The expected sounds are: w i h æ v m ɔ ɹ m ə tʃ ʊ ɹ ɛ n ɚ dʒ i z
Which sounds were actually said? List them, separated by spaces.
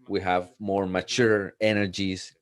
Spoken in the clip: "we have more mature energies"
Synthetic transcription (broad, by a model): w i h æ v m ɔ ɹ m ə tʃ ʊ ɹ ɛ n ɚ dʒ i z